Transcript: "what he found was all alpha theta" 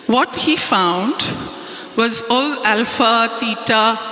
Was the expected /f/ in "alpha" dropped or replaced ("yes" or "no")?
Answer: no